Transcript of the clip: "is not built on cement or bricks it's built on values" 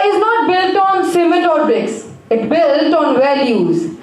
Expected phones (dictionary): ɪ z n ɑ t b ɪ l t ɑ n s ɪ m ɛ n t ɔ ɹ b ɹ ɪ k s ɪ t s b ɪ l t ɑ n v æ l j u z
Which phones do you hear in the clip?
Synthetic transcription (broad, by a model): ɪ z n ɑ t b ɪ l t ɑ n s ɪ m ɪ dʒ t ɔ ɹ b ɪ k s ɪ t b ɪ l t ɑ n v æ l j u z